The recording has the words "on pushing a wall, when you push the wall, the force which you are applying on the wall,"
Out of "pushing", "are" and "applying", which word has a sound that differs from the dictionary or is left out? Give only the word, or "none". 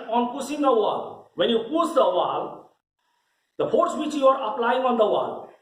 pushing